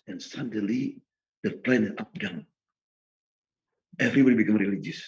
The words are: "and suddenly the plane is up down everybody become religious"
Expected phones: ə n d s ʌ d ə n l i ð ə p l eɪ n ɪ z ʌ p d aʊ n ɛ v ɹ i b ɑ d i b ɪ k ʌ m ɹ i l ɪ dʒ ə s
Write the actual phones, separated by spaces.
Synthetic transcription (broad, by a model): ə n s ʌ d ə l i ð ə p l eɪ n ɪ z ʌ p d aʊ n ɛ v ɹ i b ɑ d i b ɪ k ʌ m ɹ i l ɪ dʒ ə s